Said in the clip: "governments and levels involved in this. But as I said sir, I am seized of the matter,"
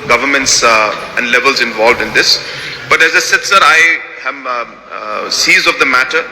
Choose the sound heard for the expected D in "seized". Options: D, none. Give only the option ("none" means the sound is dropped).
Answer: none